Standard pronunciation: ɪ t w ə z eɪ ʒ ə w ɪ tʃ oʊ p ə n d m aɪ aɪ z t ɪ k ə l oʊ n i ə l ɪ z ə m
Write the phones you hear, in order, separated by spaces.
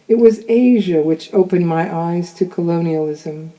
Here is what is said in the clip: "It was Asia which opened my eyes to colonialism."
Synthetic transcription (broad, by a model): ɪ t w ə z eɪ ʒ ə w ɪ tʃ oʊ p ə n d m aɪ aɪ z t ɪ k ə l oʊ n i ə l ɪ z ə m